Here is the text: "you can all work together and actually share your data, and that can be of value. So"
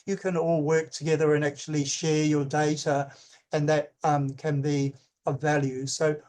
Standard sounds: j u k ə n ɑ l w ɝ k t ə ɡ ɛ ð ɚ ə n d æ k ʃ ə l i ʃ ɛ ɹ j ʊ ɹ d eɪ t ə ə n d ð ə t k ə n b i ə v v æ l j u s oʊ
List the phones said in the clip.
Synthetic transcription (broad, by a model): j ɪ k ə n ɑ l w ɝ k t ə ɡ ɛ ð ɚ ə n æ k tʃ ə l i ʃ ɛ ɹ j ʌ ɹ d eɪ t ə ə n ð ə t k ə n b i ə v v æ l j u s oʊ